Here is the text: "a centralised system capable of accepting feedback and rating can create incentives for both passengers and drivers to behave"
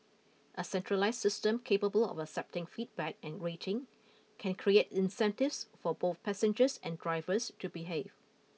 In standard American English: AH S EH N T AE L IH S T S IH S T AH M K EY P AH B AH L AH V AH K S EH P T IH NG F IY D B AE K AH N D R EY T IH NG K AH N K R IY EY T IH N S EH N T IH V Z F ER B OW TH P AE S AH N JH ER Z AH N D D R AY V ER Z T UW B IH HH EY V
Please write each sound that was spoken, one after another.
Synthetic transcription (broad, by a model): AH S EH N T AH L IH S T S IH S T AH M K EY P AH B AH L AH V AH K S EH P T IH NG F IY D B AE K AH N R EY T IH NG K AH N K R IY EY T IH N S EH N T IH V S F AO B OW TH P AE S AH N JH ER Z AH N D D R AY V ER S T UW B IH HH EY V